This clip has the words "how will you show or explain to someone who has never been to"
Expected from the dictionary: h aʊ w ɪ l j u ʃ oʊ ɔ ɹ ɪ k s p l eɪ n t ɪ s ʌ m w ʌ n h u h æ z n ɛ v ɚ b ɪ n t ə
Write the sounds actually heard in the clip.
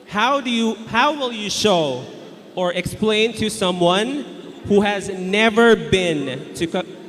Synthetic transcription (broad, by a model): h aʊ w ɪ l j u ʃ oʊ ɔ ɹ ɪ k s p l eɪ n t ɪ s ʌ m w ʌ n h u h æ z n ɛ v ɚ b ɪ n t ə